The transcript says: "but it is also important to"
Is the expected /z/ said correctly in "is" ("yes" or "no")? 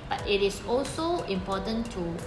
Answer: no